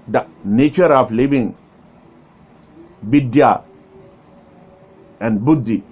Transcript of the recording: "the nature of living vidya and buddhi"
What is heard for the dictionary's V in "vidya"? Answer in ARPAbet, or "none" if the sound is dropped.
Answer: B